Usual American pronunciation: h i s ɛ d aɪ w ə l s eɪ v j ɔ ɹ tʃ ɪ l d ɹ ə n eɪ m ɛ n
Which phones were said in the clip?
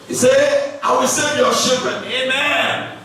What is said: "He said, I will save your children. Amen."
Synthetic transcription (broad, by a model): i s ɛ aɪ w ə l s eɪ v j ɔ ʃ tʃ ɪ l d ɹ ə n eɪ m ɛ n